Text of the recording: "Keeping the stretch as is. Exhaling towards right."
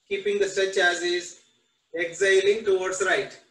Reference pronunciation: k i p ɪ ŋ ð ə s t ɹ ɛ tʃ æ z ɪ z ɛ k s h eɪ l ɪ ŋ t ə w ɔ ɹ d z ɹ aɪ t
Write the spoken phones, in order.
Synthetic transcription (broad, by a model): k i p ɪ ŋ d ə s t ɛ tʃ æ z ɪ z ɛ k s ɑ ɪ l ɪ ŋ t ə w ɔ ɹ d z ɹ aɪ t